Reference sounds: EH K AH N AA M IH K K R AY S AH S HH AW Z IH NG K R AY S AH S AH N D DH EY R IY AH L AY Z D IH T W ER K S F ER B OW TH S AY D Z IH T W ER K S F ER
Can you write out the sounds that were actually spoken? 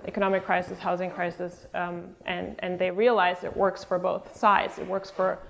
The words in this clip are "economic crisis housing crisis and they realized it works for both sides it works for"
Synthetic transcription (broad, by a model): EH K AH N AA M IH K K R AY S AH S HH AW Z IH NG K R AY S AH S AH N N DH EY R IY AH L AY Z IH T W ER K S F ER B OW TH S AY D Z IH T W ER K S F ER